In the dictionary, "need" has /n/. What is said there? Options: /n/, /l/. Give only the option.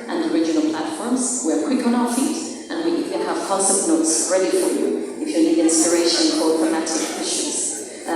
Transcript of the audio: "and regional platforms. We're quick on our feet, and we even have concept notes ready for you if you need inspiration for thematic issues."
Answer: /l/